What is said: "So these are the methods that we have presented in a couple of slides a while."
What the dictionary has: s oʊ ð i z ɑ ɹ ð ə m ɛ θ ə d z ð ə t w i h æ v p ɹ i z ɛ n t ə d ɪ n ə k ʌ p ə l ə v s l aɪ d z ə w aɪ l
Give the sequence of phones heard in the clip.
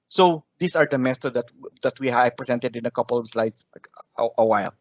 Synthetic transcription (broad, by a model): s oʊ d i s ɑ ɹ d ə m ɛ s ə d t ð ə t w i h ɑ p ɹ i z ɛ n t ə d ɪ n ə k ʌ p ə l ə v s l aɪ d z ə w aɪ l